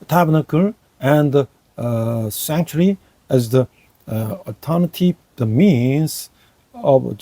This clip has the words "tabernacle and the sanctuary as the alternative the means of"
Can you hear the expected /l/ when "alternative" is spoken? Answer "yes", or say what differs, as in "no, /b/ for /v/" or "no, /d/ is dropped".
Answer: no, /l/ is dropped